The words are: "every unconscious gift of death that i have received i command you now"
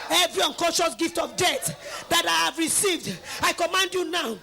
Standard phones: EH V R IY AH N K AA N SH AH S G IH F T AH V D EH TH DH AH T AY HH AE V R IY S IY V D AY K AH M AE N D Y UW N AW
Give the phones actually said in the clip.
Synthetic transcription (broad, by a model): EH V R IY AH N K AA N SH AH S G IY F T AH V D EH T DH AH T AY HH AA V R IY S IY V D AY K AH M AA N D Y UW N AW